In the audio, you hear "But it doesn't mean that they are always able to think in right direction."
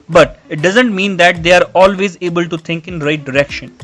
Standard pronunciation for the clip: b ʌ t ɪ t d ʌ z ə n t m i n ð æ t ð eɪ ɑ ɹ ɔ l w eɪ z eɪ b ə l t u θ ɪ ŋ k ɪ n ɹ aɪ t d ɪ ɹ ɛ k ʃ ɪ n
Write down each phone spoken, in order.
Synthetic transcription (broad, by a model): b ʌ t ɪ t d ʌ z ə n t m i n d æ t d eɪ ɑ ɹ ɔ l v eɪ z eɪ b ə l t u t ɪ ŋ k ɪ n ɹ aɪ t d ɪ ɹ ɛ k ʃ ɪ n